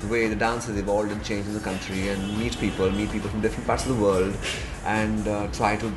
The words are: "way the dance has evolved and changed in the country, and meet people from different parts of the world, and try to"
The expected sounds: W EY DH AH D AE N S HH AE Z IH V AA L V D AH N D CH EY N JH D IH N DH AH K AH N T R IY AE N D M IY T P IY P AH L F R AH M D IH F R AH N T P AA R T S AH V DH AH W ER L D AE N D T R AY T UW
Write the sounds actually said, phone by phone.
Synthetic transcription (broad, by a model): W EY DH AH D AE N S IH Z IH V AA L V D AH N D CH EY N JH IH N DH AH K AH N T R IY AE N D M IY T P IY P AH L F R AH M D IH F R AH N T P AA T S AH V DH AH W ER L D AE N D T R AY T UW